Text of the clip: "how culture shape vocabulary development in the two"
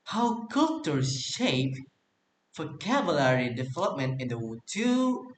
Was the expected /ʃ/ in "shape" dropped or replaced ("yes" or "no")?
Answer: no